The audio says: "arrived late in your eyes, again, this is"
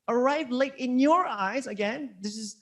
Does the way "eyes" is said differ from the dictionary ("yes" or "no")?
no